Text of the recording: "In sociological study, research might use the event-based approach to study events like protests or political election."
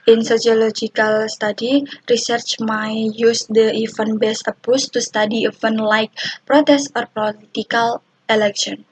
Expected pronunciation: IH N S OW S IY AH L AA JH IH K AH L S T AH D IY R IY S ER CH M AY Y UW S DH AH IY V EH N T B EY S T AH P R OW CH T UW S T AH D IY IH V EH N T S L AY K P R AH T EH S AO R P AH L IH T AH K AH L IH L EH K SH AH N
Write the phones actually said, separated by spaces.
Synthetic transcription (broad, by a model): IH N S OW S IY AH L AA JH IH K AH L S T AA D IY R IY S ER CH M AY Y UW S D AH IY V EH N B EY S AH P OW S T UW S T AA D IY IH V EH N L AY K P R AH T EH S AO R P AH L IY T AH K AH L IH L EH K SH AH N